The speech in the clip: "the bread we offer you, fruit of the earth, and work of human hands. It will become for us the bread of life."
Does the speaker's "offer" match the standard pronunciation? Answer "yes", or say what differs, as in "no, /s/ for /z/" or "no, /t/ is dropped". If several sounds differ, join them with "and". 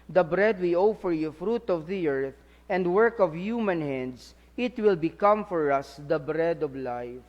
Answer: yes